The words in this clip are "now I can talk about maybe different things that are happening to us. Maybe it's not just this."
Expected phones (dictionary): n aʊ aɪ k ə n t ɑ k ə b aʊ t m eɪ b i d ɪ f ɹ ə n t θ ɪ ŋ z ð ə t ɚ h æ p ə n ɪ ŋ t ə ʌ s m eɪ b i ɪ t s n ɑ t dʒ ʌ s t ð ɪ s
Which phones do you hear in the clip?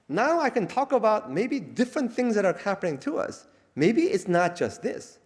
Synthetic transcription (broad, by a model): n aʊ aɪ k ə n t ɑ k ə b aʊ t m eɪ b i d ɪ f ɹ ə n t θ ɪ ŋ z ð ə t ɚ h æ p ə n ɪ ŋ t ə ʌ s m eɪ b i ɪ t s n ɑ t dʒ ʌ s t ð ɪ s